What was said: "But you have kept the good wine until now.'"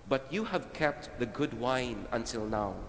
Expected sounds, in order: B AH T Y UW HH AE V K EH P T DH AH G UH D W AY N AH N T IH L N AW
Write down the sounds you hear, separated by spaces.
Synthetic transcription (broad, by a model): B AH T Y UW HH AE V K EH P T DH AH G UH D W AY N AH N T IH L N AW